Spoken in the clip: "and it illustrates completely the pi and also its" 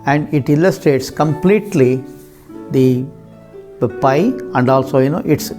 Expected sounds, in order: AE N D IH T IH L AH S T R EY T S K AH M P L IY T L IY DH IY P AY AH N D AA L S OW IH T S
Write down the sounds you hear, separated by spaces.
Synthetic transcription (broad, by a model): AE N D IH T IH L AH S T R EY T S K AH M P L IY T L IY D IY P AY AH N D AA L S OW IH T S